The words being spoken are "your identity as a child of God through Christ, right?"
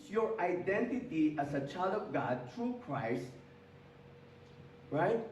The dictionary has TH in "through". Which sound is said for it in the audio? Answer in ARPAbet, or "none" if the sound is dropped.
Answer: T